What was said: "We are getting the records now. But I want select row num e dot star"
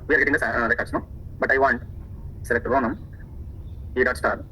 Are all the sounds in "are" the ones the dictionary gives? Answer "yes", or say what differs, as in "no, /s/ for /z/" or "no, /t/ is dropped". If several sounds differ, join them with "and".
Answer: yes